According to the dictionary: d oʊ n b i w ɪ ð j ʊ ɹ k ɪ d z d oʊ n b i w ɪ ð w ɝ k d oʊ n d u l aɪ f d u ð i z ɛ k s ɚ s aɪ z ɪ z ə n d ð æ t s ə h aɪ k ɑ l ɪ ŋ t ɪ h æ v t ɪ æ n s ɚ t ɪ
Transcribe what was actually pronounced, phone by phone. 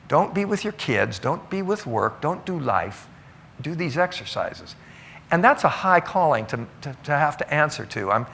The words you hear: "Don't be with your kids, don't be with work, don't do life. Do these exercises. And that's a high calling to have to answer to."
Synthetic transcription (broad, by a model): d oʊ n b i w ɪ ð j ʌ ɹ k ɪ d z d oʊ n b i w ɪ ð w ɝ k d oʊ n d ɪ l aɪ f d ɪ ð i z ɛ k s ɚ s aɪ z ɪ z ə n ð æ t s ə h aɪ k ɑ l ɪ ŋ t ɪ h æ f t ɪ æ n s ɚ t ɪ